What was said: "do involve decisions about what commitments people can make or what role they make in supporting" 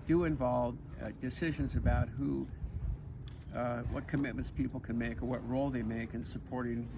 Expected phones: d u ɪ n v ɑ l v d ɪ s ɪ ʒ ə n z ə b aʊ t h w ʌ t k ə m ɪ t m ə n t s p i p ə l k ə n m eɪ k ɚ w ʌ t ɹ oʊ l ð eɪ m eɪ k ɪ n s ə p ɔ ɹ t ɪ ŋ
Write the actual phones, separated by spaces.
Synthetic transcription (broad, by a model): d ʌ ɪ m v ɑ l v d ɪ s ɪ ʒ ə n z ə b aʊ t h w ʌ t k ə m ɪ t m ə n t s p i p l k ə n m eɪ k ɚ w ʌ t ɹ oʊ l ð eɪ m eɪ k ɪ n s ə p ɔ ɹ t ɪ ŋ